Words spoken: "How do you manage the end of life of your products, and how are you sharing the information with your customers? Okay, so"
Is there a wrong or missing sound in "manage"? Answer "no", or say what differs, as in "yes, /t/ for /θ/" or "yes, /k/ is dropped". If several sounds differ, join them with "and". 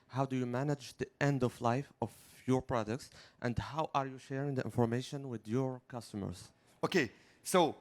no